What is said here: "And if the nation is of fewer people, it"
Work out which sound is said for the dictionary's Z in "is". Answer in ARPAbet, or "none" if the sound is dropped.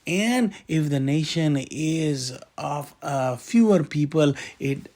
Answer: Z